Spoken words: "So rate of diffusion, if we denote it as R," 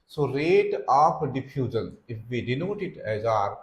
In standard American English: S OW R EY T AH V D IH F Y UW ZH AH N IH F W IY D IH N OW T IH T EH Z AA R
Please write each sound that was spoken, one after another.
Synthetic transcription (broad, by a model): S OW R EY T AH P D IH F Y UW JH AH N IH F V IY D IH N OW T IH T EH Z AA R